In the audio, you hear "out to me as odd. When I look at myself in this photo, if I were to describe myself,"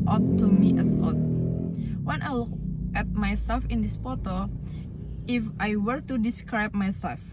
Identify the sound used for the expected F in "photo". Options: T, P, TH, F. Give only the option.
P